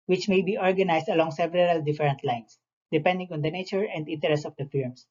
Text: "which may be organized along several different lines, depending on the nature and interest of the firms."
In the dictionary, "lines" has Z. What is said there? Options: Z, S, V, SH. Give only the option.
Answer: S